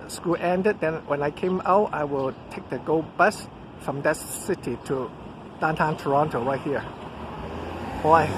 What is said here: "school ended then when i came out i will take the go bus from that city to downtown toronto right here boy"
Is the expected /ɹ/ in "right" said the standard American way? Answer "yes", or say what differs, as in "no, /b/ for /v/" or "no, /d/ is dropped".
no, /w/ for /ɹ/